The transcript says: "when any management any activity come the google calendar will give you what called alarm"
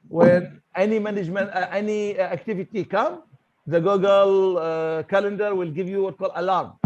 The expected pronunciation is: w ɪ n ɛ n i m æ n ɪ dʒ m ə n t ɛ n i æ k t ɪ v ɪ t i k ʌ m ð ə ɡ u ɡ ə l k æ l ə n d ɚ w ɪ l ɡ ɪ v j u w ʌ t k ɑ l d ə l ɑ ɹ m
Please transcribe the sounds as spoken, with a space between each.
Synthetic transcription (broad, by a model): w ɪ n ɛ n i m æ n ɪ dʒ m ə n t ɛ n i æ k t ɪ v ɪ t i k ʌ m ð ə ɡ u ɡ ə l k æ l ə n d ɚ w ɪ l ɡ ɪ v j u w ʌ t k ɑ l d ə l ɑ ɹ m